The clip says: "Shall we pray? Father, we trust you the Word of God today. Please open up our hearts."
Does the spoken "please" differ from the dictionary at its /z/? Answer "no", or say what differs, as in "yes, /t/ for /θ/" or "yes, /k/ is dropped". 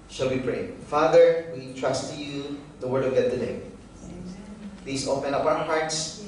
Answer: yes, /s/ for /z/